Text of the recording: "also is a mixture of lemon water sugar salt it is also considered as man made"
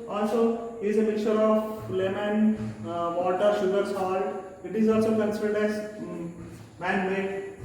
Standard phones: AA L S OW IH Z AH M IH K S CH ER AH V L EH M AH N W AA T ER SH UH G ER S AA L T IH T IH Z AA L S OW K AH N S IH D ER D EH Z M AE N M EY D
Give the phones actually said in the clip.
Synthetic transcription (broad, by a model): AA L S OW IH Z AH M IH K CH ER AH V L EH M AH N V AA T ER SH UH G ER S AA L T IH T IH Z AA L S OW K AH N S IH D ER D EH Z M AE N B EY